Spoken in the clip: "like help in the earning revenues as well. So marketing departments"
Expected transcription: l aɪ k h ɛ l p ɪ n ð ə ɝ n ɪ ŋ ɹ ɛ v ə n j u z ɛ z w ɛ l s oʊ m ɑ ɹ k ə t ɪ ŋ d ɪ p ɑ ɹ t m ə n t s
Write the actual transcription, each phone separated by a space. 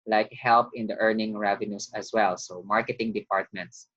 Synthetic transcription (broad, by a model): l aɪ k h ɛ l p ɪ n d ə ɝ n ɪ ŋ ɹ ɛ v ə n j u s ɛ s w ɛ l s oʊ m ɑ ɹ k ə t ɪ ŋ d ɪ p ɑ ɹ t m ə n t s